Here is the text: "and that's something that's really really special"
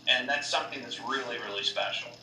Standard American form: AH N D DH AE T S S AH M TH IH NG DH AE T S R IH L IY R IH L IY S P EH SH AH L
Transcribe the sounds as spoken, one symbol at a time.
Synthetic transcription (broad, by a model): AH N DH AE T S S AH M TH IH NG DH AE T S R IH L IY R IH L IY S P EH SH L